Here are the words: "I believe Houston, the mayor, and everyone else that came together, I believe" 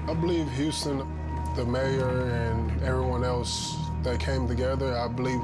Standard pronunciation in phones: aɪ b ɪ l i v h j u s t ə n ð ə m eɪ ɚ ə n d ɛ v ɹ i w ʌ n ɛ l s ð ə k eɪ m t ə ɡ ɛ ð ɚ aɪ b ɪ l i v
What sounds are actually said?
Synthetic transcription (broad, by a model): aɪ b ɪ l i v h j u s t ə n ð ə m eɪ ɚ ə n ɛ v ɹ i w ʌ n ɛ l s ð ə k eɪ m t ə ɡ ɛ ð ɚ aɪ b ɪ l i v